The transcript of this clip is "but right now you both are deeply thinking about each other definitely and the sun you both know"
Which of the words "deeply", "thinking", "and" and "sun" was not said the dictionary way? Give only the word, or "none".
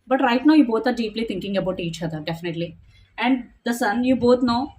thinking